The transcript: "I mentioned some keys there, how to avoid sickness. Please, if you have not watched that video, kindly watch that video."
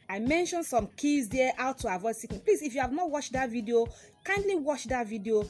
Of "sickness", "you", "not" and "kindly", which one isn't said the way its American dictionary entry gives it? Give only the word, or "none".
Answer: sickness